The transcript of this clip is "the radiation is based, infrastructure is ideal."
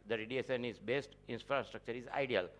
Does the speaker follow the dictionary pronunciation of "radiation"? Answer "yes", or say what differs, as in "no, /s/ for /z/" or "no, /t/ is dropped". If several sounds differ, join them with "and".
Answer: no, /s/ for /ʃ/